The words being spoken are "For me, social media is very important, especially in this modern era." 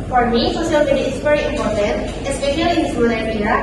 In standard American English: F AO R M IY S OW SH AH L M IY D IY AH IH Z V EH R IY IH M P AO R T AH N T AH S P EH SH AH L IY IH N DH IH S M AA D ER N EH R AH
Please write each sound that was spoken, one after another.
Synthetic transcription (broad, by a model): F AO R M IY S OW S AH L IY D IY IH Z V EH R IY IH M P AO R T AH N T AH S P EH SH AH L IY IH N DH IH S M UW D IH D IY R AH